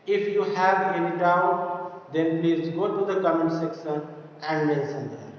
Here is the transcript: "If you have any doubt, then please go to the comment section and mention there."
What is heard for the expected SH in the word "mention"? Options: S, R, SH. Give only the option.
S